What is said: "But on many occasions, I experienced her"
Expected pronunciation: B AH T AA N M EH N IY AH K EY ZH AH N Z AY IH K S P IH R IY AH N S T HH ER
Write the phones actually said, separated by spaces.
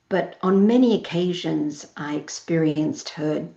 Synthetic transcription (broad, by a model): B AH T N M EH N IY AH K EY ZH AH N Z AY IH K S P IH R IY AH N S T HH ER